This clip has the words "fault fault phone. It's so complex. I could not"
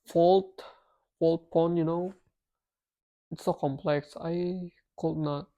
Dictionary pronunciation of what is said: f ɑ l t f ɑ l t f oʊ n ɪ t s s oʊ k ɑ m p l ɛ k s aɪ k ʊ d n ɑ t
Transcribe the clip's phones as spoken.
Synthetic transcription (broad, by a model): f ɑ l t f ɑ l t p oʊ n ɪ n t s oʊ k ɑ m p l ɛ k s aɪ k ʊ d n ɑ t